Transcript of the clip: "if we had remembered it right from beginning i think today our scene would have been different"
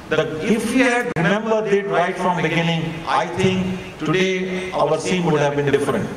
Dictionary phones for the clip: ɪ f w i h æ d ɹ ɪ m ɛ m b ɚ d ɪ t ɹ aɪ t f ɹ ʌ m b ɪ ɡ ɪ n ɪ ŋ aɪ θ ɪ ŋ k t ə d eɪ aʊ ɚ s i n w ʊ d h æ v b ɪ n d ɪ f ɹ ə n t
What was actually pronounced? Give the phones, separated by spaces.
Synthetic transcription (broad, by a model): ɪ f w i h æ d ɹ ɪ m ɛ m b ɚ d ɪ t ɹ aɪ t f ɹ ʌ m b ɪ ɡ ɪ n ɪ ŋ aɪ t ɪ ŋ k t ə d eɪ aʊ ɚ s i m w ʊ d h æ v b ɪ n d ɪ f ɹ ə n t